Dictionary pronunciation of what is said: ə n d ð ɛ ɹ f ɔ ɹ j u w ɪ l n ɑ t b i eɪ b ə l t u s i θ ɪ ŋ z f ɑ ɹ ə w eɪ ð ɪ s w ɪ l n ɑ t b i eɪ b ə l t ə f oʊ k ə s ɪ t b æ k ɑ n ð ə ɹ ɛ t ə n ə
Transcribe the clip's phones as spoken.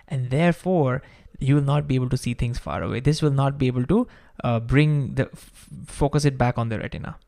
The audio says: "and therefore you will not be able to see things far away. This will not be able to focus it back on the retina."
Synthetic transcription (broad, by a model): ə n d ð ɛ ɹ f ɔ ɹ j u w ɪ l n ɑ t b i eɪ b ə l t u s i t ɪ ŋ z f ɑ ɹ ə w eɪ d ɪ s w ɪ l n ɑ t b i eɪ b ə l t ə f oʊ k ə s ɪ t b æ k ɑ n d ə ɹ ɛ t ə n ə